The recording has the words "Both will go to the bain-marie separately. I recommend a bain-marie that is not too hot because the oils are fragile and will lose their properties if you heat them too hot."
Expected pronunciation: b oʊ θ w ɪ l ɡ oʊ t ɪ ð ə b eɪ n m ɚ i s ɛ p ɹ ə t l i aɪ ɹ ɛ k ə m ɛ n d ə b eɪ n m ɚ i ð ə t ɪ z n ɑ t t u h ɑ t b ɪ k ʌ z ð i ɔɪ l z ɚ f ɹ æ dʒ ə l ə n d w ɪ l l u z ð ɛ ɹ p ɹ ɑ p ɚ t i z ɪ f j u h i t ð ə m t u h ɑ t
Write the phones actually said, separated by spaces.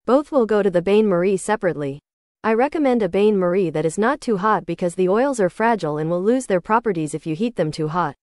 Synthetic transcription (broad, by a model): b oʊ θ w ɪ l ɡ oʊ t ɪ ð ə b eɪ n m ɚ i s ɛ p ɹ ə t l i aɪ ɹ ɛ k ə m ɛ n d ə b eɪ n m ɚ i ð ə t ɪ z n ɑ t t u h ɑ t b ɪ k ʌ z ð i ɔɪ l z ɚ f ɹ æ dʒ l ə n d w ɪ l l u z ð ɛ ɹ p ɹ ɑ p ɚ t i z ɪ f j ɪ h i t ð ə m t u h ɑ t